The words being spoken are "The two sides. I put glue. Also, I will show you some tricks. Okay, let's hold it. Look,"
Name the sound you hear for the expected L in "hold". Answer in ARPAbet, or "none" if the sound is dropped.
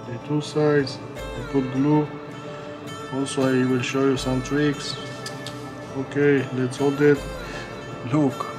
L